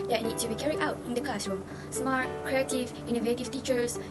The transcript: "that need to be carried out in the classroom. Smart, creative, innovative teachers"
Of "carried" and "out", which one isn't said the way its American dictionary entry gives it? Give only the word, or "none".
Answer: carried